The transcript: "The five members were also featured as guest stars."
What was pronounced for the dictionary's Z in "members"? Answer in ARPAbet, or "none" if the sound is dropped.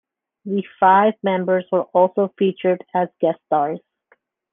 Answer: Z